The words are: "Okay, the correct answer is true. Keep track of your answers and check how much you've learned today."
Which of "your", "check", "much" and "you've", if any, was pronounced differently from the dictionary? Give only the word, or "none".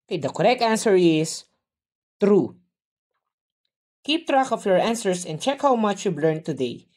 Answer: you've